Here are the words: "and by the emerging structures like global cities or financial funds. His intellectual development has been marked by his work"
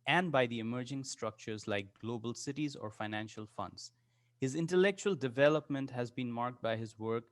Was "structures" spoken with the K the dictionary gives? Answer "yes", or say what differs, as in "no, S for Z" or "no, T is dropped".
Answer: yes